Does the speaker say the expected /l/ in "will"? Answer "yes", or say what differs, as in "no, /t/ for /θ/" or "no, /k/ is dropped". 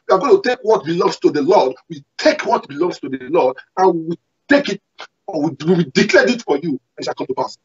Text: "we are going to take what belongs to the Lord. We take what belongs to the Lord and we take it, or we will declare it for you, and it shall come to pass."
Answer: no, /w/ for /l/